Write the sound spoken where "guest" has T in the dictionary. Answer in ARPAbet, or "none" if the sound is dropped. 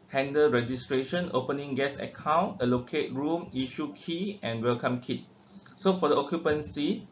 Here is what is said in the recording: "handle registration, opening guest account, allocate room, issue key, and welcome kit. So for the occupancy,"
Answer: none